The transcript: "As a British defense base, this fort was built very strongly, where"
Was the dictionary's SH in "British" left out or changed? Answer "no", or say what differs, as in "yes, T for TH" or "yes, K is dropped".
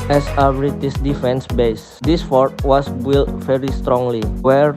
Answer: yes, S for SH